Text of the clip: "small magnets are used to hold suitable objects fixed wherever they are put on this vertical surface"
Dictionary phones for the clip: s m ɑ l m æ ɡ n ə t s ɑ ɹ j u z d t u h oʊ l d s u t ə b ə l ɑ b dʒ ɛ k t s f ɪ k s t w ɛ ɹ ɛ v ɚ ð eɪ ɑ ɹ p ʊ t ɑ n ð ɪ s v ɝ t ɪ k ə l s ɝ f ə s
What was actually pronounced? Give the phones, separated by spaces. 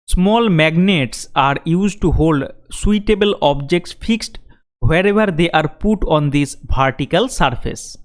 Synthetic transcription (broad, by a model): s m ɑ l m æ ɡ n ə t s ɑ ɹ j u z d t u h oʊ l d s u t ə b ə l ɑ b dʒ ɛ k t s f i k s t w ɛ ɹ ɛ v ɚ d eɪ ɑ ɹ p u t ɑ n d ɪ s p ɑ t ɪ k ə l s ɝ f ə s